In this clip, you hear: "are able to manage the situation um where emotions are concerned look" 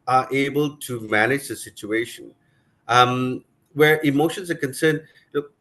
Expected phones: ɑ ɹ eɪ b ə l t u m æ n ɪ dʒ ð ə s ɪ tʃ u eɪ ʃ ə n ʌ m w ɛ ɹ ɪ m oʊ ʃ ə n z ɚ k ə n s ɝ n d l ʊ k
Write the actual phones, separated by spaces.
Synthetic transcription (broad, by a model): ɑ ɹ eɪ b ə l t u m æ n ɪ dʒ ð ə s ɪ tʃ u eɪ ʃ ə n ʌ m w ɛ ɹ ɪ m oʊ ʃ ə n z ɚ k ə n s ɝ n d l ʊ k